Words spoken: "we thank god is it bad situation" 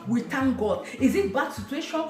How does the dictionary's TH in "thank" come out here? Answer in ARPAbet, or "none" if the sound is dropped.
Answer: T